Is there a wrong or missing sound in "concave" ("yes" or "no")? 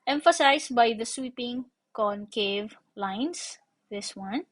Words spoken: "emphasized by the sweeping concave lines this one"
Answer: no